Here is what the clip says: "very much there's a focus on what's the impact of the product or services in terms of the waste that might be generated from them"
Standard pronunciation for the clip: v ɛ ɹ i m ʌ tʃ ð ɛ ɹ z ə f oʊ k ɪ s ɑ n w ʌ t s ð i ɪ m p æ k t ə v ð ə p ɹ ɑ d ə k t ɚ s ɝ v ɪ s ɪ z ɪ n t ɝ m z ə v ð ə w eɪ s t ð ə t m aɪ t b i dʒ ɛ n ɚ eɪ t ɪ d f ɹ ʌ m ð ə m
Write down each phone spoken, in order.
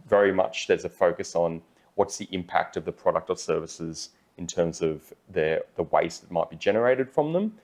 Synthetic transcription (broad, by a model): v ɛ ɹ i m ʌ tʃ ð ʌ ɹ z ə f oʊ k ɪ s n w ʌ t s ð i ɪ m p æ k t ə v ð ə p ɹ ɑ d ə k t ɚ s ɝ v ɪ s ɪ z ɪ n t ɝ m z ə v ð ə w eɪ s ð ə t m aɪ t b i dʒ ɛ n ɚ eɪ t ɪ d f ɹ ʌ m ð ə m